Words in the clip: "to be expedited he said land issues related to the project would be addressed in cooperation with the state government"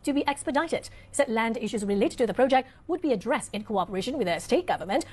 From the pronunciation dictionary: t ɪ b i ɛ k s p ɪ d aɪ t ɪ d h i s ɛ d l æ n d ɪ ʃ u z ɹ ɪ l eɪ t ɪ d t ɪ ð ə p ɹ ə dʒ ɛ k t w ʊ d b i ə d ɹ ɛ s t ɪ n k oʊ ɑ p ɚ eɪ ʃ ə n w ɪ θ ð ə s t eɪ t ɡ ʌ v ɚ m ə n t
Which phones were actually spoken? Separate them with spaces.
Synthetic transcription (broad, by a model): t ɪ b i ɛ k s p ɪ d aɪ t ɪ d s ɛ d l æ n d ɪ ʃ u z ɹ ɪ l eɪ t ɪ d t ɪ ð ə p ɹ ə dʒ ɛ k t w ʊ d b i ə d ɹ ɛ s t ɪ n k oʊ ɑ p ɚ eɪ ʃ ə n w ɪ ð ə s t eɪ t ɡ ʌ v ɚ m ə n t